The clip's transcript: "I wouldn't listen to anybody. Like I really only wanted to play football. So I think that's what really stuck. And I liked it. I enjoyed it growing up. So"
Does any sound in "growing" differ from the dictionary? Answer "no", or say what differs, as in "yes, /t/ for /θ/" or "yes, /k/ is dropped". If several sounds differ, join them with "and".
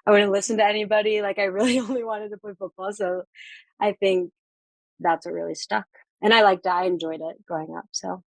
yes, /ɹ/ is dropped